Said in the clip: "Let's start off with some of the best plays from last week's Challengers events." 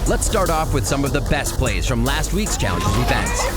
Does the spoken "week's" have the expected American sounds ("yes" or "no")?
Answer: yes